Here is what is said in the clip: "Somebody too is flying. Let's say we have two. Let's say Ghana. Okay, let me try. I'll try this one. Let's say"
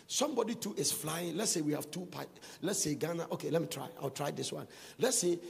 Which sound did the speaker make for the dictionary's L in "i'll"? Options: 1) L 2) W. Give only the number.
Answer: 2